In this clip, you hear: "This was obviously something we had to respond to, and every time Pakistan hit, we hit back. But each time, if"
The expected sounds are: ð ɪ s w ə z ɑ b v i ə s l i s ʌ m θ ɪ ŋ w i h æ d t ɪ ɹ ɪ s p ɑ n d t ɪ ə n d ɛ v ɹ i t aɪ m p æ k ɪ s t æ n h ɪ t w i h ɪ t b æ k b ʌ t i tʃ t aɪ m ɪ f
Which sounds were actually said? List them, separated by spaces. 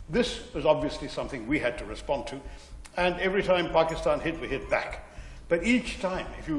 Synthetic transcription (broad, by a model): ð ɪ s w ə z ɑ b v i ə s l i s ʌ m θ ɪ ŋ w i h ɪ d t ɪ ɹ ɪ s p ɑ n t ɪ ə n ɛ v ɹ i t aɪ m p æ k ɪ s t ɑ n h ɪ t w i h ɪ t b æ k b ʌ t i tʃ t aɪ m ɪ f